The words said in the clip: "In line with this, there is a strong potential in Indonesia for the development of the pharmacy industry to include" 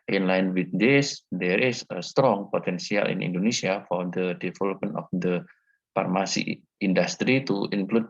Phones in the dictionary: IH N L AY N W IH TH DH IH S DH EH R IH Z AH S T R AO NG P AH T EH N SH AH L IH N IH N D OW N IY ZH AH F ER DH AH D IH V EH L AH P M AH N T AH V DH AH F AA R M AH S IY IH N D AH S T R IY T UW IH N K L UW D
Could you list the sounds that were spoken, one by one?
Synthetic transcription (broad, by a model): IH N L AY N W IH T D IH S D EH R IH S AH S T R AO NG P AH T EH N S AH L IH N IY N D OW N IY S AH F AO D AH D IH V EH L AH P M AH N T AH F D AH F AA R M AH S IY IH N D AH S T R IY T UW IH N K L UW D